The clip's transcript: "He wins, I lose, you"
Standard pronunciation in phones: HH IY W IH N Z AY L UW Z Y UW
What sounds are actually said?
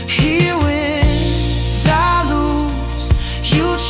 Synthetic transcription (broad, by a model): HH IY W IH Z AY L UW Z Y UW